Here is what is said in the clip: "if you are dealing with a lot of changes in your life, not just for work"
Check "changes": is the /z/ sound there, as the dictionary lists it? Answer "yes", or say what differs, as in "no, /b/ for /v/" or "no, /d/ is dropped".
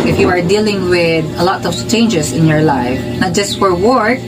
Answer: no, /s/ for /z/